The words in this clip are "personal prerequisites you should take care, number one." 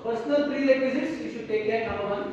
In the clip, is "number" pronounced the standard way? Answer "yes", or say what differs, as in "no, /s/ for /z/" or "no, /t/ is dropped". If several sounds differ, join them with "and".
no, /b/ is dropped